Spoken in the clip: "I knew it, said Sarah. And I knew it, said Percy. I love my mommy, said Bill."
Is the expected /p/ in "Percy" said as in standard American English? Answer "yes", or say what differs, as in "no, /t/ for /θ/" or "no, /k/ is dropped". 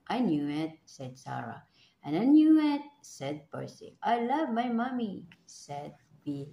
no, /b/ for /p/